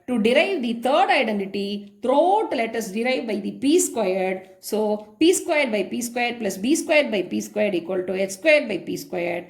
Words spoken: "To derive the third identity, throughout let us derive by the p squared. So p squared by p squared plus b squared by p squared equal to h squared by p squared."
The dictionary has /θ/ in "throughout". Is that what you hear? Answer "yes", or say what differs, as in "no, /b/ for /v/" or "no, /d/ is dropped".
no, /t/ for /θ/